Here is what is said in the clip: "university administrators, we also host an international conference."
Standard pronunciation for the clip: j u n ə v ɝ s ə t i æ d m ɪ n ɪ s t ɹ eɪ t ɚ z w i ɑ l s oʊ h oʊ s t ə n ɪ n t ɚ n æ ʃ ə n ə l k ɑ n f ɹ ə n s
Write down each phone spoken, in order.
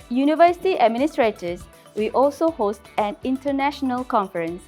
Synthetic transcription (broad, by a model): j u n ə v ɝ s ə t i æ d m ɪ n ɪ s t ɹ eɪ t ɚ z w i ɑ l s oʊ h oʊ s t ə n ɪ n t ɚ n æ ʃ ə n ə l k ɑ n f ɹ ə n s